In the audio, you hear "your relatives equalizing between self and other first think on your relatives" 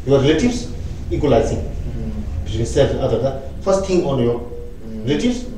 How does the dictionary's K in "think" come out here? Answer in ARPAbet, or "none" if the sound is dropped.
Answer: none